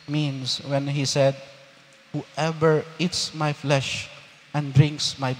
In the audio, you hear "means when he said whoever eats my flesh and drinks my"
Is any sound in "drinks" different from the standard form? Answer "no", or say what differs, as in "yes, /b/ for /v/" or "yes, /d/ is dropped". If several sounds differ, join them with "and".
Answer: no